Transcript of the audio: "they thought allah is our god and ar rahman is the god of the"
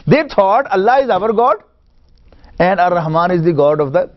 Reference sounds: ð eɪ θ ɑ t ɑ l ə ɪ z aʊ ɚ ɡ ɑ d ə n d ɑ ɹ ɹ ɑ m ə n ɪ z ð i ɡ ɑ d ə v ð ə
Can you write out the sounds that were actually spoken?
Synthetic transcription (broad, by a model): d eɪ t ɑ t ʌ l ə ɪ z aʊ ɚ ɡ ɑ d ə n d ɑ ɹ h m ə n ɪ z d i ɡ ɑ d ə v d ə